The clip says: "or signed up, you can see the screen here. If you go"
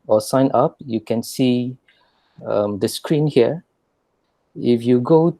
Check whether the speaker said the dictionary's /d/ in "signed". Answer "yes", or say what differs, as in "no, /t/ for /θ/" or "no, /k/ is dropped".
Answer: no, /d/ is dropped